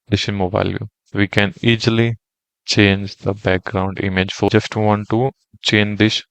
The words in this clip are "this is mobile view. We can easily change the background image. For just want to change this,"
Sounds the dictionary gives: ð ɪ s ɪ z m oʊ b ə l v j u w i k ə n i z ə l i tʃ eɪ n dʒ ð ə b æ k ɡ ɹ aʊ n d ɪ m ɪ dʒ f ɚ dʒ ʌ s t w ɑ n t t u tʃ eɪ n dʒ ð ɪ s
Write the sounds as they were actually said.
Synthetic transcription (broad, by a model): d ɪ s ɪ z m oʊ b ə l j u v i k ə n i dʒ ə l i tʃ eɪ n dʒ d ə b æ k ɡ ɹ aʊ n d ɪ m ɪ dʒ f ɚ dʒ ʌ s t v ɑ n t t u tʃ eɪ n dʒ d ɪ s